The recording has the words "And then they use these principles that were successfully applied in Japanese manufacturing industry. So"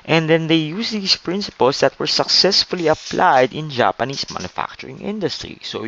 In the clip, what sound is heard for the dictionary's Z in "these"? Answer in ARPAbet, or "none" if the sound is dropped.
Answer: S